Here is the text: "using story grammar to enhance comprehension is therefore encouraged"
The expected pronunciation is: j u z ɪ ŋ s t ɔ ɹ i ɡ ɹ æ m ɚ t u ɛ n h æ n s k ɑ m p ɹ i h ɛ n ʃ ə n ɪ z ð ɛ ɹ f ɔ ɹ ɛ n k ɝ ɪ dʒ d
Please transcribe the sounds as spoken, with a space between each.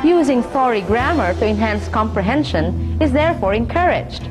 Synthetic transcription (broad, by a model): j u z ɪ ŋ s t ɔ ɹ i ɡ ɹ æ m ɚ t u ɛ n h æ n s k ɑ m p ɹ i h ɛ n ʃ ə n ɪ z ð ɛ ɹ f ɔ ɹ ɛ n k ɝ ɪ dʒ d